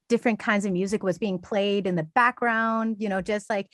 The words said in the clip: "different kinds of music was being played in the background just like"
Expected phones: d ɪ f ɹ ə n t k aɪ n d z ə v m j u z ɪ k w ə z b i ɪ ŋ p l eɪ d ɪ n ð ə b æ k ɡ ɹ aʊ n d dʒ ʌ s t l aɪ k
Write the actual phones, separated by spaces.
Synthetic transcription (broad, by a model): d ɪ f ɹ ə n k aɪ n d z ə v m j u z ɪ k w ə z b i ɪ ŋ p l eɪ d ɪ n ð ə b æ k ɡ ɹ aʊ n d dʒ ʌ s t l aɪ k